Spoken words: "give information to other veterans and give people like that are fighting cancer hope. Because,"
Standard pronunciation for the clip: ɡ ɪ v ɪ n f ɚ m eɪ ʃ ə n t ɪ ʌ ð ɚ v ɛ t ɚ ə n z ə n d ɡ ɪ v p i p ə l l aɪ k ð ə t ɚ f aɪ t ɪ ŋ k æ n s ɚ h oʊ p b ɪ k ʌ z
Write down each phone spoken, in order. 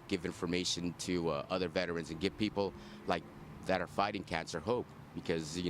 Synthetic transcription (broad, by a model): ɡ ɪ v ɪ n f ɚ m eɪ ʃ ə n t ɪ ʌ ð ɚ v ɛ t ɚ ə n z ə n ɡ ɪ v p i p l l aɪ k ð ə t ɚ f aɪ t ɪ ŋ k æ n s ɚ h oʊ p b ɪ k ʌ z